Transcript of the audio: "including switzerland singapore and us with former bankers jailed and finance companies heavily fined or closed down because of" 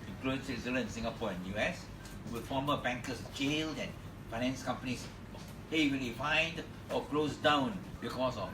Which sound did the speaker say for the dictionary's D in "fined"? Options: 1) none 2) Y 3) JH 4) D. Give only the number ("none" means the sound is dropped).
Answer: 4